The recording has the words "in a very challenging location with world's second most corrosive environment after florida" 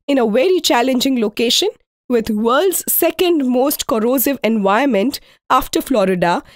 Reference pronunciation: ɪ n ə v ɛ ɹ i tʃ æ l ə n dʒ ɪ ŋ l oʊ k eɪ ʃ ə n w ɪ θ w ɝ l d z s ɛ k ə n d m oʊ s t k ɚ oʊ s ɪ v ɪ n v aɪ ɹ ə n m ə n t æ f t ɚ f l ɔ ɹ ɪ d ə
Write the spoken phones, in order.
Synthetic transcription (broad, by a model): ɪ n ə v ɛ ɹ i tʃ æ l ə n dʒ ɪ ŋ l oʊ k eɪ ʃ ə n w ɪ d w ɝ l d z s ɛ k ə n d m oʊ s t k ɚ oʊ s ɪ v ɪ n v aɪ ə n m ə n t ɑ f t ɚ f l ɔ ɹ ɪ d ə